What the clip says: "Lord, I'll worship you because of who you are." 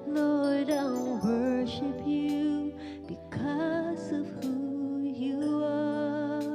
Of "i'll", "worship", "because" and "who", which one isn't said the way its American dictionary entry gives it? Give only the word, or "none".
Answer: i'll